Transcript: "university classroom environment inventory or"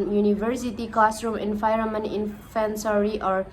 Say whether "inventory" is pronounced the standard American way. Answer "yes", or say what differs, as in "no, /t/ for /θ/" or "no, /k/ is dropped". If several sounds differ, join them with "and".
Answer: no, /f/ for /v/ and /s/ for /t/